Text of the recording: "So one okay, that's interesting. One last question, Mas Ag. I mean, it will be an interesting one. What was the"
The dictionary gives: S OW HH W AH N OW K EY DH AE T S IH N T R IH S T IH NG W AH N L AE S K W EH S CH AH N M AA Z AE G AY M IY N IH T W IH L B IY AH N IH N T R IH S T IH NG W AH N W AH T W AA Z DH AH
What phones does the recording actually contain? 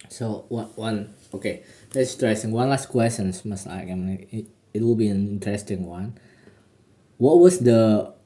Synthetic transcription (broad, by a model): S OW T W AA N OW K EY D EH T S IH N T R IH S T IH NG W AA N L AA S K W EH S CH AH N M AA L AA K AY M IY IH T W IH L B IY AH N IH N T R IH S T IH NG W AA N W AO T W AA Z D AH